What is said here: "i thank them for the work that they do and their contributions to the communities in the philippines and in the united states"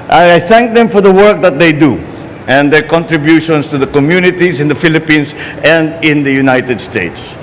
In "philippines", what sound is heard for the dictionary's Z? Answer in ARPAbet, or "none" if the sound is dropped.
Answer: S